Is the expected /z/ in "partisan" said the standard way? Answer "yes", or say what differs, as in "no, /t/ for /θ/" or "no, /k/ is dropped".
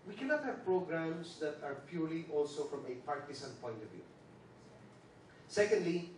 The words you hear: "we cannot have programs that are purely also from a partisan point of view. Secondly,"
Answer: no, /s/ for /z/